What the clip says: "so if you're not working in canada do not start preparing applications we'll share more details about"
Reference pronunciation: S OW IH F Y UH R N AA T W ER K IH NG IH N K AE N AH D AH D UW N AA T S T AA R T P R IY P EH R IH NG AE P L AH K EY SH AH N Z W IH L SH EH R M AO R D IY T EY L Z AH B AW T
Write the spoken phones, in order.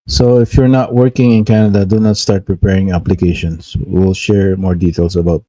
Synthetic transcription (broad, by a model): S OW IH F Y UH R N AA T W ER K IH NG IH N K AE N AH D AH D UW N AA T S T AA R T P R IY P EH R IH NG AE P L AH K EY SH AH N S W IH L SH EH R M AO R D IY T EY L S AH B AW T